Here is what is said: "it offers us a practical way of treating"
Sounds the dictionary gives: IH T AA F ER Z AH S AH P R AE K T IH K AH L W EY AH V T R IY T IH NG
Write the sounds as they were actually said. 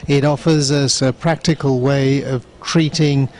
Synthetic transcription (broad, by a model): IH T AA F ER Z AH S AH P R AE K T IH K AH L W EY AH V T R IY T IH NG